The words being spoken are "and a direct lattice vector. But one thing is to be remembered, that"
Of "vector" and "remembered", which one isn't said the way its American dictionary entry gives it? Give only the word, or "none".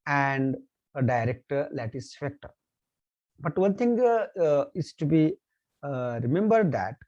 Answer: vector